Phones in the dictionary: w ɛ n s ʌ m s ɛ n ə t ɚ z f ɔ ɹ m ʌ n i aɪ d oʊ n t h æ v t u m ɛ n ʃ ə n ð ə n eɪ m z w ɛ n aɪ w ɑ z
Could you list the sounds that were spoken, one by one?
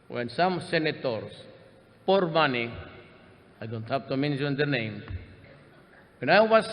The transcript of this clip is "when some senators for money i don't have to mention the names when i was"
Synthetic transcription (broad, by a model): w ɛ n s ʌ m s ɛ n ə t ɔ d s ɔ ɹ m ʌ n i aɪ d oʊ n t h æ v t u m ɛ n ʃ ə n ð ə n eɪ m w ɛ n aɪ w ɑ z